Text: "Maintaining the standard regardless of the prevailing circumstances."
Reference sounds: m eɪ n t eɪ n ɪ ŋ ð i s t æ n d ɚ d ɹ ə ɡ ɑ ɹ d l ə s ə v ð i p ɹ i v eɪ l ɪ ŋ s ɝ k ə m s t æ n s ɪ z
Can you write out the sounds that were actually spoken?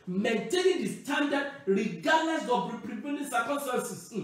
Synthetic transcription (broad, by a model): m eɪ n t eɪ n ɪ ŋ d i s t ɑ n d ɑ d ɹ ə ɡ ɑ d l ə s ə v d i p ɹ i p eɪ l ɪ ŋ s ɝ k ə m s t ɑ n s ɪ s